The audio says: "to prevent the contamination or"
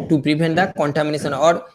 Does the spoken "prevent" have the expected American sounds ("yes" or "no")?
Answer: no